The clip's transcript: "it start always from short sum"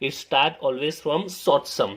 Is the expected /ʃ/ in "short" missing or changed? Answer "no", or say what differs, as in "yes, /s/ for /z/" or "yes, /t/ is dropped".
yes, /s/ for /ʃ/